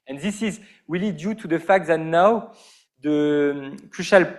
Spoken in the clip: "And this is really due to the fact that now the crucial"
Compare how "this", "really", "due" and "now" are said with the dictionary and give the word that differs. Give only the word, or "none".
really